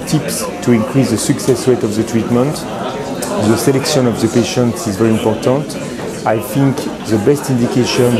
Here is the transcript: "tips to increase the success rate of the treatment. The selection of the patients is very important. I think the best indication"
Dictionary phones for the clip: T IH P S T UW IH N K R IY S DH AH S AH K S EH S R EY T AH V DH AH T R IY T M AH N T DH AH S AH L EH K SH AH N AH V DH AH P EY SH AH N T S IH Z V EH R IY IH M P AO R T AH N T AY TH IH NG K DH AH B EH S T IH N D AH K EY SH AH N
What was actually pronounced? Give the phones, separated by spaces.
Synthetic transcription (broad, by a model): T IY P S T UW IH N K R IY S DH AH S AH K S EH S W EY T AH V DH AH T R IY T M AH N T DH AH S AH L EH K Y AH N AH V DH AH P EY SH AH N T S IH Z V EH R IY M P AO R T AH N T AY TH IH NG K DH AH B EH S T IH N D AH K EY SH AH N